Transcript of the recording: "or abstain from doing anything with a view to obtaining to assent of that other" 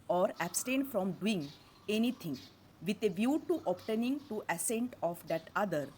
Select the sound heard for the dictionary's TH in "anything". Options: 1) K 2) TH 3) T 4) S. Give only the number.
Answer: 3